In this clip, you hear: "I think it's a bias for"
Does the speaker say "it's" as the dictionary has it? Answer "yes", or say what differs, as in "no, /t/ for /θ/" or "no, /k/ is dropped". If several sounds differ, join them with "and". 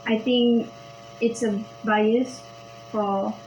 yes